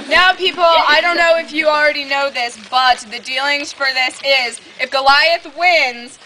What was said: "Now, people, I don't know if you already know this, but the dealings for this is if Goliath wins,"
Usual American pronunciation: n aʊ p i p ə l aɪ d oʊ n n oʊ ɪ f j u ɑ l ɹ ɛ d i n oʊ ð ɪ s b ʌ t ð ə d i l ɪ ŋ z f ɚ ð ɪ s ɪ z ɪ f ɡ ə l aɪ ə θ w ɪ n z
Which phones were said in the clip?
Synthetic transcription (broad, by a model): n aʊ p i p l aɪ d oʊ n n oʊ ɪ f j ɑ l ɹ ɛ d i n oʊ ð ɪ s b ʌ t ð ə d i l ɪ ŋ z f ɚ ð ɪ s ɪ z ɪ f ɡ ə l aɪ ə θ w ɪ n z